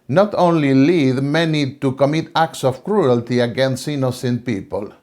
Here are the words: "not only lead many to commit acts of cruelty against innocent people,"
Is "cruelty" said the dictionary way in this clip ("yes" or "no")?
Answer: yes